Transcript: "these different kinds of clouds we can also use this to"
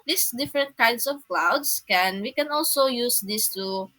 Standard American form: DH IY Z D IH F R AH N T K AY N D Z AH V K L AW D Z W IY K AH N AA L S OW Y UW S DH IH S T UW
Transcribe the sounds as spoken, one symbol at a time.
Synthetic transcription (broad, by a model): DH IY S D IH F R AH N T K AY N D S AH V K L AW D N W IY K AH N AA L S OW Y UW S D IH S T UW